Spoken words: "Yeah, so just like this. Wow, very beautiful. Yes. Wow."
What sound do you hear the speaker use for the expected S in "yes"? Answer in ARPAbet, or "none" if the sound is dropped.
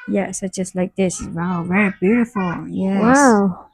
none